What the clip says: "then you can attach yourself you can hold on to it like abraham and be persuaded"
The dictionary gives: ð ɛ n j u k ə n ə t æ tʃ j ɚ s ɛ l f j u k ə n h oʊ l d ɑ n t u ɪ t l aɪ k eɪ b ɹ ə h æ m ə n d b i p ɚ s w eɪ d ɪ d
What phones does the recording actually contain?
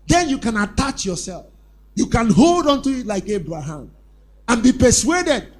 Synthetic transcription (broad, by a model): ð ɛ n j u k ə n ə t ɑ tʃ j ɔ s ɛ l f j u k ə n h oʊ l d ɑ n t u ɪ t l aɪ k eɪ b ɹ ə h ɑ m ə n b i p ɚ s w eɪ d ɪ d